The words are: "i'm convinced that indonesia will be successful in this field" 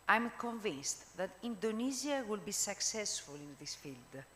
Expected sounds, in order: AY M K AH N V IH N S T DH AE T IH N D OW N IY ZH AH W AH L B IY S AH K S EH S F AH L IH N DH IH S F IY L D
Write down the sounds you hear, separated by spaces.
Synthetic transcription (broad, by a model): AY M K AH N V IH N S T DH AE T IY N D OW N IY Z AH W AH L B IY S AH K S EH S F AH L IH N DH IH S F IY L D